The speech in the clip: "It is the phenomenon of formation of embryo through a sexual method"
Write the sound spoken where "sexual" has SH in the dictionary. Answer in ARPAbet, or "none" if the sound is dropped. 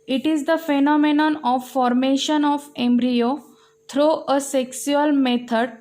S